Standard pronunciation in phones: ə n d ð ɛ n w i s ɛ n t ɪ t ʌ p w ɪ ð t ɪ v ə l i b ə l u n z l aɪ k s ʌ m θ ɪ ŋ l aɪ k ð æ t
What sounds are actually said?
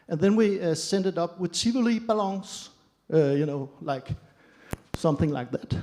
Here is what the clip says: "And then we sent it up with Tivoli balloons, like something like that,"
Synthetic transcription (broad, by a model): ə n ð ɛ n w i s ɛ n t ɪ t ʌ p w ɪ ð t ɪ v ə l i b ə l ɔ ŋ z l aɪ k s ʌ m θ ɪ ŋ l aɪ k ð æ t